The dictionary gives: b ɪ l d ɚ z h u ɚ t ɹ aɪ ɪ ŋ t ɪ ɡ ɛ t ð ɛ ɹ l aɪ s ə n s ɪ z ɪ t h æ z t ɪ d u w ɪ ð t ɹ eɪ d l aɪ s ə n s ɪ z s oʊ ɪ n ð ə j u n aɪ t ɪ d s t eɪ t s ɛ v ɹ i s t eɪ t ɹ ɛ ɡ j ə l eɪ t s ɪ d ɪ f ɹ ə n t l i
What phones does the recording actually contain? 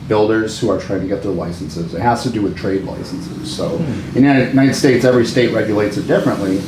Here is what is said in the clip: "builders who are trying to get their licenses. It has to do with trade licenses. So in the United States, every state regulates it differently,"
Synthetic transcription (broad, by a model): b ɪ l d ɚ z h u ɚ t ɹ aɪ ɪ ŋ t ɪ ɡ ɛ t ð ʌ l aɪ s n s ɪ z ɪ t h æ z t ɪ d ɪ w ɪ ð t ɹ eɪ d l aɪ s n s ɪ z s oʊ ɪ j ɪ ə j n aɪ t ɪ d s t eɪ t s ɛ v ɹ i s t eɪ t ɹ ɛ ɡ j ə l eɪ t s ɪ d ɪ f ɹ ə n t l i